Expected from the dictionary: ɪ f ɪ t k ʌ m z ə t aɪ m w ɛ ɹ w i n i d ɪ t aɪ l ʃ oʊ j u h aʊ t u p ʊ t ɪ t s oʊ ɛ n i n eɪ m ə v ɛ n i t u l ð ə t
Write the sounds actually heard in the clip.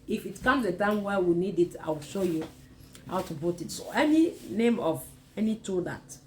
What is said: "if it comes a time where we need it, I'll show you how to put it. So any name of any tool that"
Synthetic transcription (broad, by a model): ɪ f ɪ t k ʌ m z ə t aɪ m w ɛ w i n i d ɪ t aɪ w ʃ oʊ j u h aʊ t u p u t ɪ t s oʊ ɛ n i n eɪ m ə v ɛ n i t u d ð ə t